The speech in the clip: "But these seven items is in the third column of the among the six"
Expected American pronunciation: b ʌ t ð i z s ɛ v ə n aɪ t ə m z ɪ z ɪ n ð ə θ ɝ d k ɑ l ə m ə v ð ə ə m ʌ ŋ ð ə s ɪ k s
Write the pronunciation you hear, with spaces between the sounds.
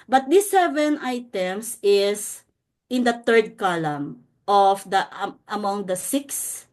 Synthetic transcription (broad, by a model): b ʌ t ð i s ɛ v ə n aɪ t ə m s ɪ s ɪ n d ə t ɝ d k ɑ l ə m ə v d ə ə m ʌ ŋ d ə s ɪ k s